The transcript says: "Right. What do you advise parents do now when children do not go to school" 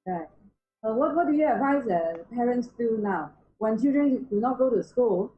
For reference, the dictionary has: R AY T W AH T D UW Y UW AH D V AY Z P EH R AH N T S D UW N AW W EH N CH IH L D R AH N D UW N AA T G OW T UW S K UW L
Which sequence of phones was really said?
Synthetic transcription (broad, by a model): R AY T W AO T D UW Y UW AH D V AY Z P EH R AH N T S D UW N AW W EH N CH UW D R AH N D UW N AA T G OW T UW S K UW L